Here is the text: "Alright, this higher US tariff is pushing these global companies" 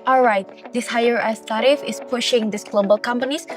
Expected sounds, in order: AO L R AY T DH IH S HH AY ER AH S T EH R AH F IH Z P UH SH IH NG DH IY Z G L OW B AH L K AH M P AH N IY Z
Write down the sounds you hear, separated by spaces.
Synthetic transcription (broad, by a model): AO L R AY T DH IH S HH AY ER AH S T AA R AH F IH S P UH SH IH NG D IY S G L OW B AH L K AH M P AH N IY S